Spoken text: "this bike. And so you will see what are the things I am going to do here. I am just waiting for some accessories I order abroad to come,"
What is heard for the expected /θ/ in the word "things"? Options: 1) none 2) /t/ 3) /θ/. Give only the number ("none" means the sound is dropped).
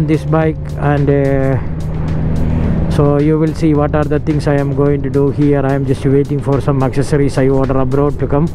2